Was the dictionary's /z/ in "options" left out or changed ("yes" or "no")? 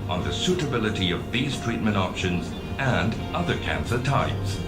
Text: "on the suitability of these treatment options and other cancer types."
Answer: no